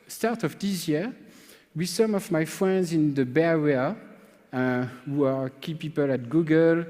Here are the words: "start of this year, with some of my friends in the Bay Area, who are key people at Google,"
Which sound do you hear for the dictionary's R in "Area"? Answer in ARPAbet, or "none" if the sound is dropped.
W